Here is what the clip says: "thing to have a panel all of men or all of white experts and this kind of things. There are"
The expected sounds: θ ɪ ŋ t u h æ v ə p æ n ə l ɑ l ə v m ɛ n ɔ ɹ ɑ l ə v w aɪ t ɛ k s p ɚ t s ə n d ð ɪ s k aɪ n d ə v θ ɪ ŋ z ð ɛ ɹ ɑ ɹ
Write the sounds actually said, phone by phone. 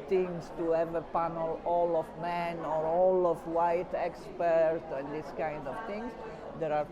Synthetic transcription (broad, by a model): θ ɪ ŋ t u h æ v ə p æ n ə l ɑ l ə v m ɛ n ɔ ɹ ɑ l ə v w aɪ t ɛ k s p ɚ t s ə n d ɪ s k aɪ n d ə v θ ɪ ŋ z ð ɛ ɹ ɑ ɹ